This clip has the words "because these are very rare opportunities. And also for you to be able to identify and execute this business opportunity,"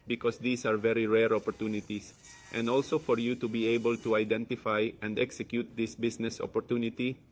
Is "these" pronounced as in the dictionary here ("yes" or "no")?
no